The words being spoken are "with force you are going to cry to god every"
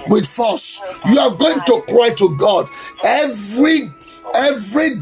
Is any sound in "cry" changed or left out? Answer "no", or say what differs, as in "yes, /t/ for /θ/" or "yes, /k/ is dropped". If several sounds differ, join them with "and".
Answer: no